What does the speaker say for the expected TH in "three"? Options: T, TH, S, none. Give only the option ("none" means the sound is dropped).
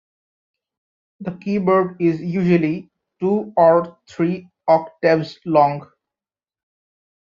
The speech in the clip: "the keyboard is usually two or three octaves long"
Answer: T